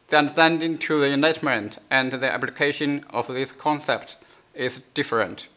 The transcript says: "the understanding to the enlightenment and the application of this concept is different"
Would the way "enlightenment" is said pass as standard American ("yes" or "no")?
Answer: no